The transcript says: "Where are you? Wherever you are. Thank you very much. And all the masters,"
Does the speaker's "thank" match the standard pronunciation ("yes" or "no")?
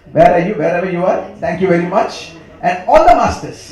no